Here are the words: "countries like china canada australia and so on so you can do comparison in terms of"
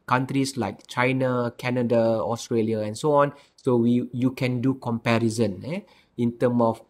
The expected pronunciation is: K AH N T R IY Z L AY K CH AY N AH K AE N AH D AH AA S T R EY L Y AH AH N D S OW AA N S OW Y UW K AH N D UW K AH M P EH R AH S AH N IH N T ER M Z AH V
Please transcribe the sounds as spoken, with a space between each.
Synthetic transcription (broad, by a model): K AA N T R IY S L AY K CH AY N AH K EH N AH D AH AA S T R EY L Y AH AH N S OW AA N S OW Y UW K AH N D UW K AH M P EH R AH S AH N IH N T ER M AH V